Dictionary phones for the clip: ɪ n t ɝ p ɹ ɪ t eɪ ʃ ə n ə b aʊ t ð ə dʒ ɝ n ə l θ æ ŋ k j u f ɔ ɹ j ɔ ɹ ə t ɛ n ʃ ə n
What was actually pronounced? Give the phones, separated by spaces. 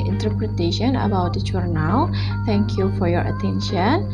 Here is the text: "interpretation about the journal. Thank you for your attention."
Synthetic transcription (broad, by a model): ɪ n t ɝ p ɹ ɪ t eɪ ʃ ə n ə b aʊ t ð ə tʃ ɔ n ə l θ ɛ ŋ k j u f ɔ ɹ j ɔ ɹ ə t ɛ n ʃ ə n